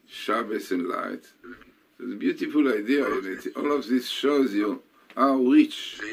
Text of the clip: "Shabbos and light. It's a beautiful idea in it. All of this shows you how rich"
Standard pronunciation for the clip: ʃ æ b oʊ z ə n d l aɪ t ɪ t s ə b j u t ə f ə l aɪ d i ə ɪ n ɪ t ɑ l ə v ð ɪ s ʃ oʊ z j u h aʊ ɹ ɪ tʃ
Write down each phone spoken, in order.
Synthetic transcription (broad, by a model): ʃ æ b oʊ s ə n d l aɪ t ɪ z ə b j u t ə f ə l aɪ d i ə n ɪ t ɑ l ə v ð ɪ s ʃ oʊ z j u h aʊ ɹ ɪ tʃ